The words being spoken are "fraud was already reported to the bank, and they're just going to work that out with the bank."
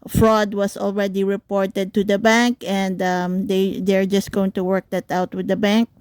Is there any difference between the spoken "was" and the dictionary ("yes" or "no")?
yes